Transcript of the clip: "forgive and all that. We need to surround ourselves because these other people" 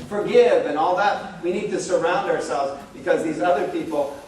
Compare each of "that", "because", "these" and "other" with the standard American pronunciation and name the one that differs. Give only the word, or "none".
none